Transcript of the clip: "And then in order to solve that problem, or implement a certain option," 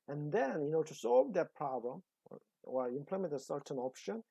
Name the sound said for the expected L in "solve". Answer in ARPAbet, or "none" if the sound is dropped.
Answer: L